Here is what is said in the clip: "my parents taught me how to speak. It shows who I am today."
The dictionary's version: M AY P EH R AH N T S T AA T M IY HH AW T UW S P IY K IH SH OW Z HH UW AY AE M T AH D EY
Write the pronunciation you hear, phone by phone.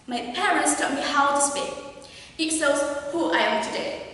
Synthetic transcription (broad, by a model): M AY P EH R AH N T S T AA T M IY HH AW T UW S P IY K IH S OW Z HH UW AY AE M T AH D EY